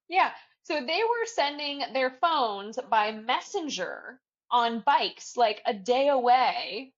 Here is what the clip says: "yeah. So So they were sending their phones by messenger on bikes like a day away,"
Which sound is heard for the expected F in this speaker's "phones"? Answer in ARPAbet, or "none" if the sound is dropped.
F